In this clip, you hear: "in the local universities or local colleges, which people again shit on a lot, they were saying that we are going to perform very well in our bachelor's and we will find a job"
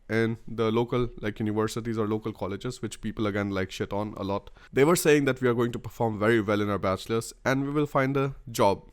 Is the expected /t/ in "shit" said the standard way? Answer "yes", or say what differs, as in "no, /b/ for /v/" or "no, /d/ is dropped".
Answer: yes